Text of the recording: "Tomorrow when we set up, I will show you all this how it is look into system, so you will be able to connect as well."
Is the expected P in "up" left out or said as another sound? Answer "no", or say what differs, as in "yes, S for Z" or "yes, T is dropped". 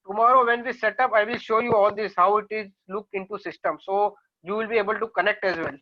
no